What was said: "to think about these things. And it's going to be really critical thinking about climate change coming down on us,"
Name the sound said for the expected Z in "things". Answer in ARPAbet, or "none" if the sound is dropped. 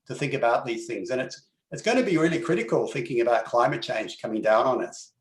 Z